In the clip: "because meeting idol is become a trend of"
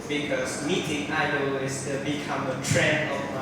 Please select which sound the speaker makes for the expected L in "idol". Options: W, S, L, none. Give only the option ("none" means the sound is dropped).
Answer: W